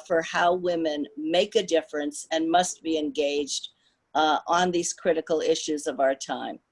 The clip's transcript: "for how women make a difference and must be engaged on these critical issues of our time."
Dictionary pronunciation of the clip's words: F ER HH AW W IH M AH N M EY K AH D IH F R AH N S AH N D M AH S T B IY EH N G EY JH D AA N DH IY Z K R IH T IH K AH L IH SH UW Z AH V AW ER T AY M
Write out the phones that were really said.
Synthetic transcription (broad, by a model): F ER HH AW W IH M AH N M EY K AH D IH F R AH N S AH N M AH S T B IY EH N G EY JH D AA N DH IY Z K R IH T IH K L IH SH UW Z AH V AW ER T AY M